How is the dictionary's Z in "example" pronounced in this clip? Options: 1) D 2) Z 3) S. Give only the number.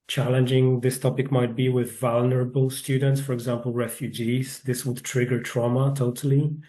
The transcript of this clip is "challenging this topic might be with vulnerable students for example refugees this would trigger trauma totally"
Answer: 2